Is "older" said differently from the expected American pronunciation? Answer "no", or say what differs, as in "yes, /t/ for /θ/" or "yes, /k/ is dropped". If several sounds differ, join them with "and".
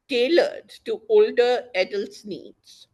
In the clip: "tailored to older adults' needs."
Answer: no